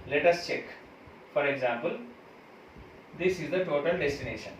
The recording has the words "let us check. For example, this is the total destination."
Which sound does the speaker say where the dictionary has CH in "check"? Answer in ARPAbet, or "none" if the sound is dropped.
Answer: CH